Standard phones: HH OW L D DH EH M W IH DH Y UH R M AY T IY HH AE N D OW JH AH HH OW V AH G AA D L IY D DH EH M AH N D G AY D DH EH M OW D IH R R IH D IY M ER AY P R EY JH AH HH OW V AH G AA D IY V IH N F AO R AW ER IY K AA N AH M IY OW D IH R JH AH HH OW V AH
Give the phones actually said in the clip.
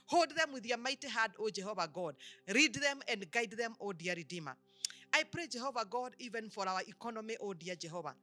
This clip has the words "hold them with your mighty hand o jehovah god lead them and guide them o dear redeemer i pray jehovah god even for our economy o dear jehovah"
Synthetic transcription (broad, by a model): HH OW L D DH EH M W IH DH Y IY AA M AY T IY HH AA D OW JH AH HH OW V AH G AA D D IY D DH EH M AH N D G AY D DH EH M OW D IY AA R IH D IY M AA AY P R EY JH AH HH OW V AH G AA D IY V IH N F AO R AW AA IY K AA N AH M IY OW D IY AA JH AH HH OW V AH